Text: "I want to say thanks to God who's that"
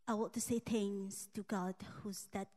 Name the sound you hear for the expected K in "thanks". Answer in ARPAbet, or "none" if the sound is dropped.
none